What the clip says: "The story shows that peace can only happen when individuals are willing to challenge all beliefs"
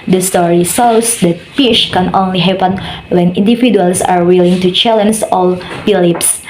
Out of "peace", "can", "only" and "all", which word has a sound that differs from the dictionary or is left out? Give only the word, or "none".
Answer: peace